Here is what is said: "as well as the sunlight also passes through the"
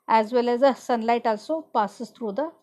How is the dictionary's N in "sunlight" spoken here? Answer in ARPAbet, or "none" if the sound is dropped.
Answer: N